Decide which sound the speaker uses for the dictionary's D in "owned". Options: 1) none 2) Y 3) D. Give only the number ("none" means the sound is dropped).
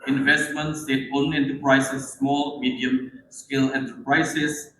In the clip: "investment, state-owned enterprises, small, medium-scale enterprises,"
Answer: 1